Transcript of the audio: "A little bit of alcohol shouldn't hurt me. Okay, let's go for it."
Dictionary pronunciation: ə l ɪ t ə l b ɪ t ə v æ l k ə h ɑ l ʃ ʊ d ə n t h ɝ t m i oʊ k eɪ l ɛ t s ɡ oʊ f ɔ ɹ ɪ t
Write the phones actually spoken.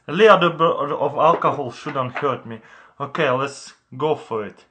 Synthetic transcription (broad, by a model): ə l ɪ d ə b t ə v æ l k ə h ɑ l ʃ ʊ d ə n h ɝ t m i oʊ k eɪ l ɛ t s ɡ oʊ f ɔ ɹ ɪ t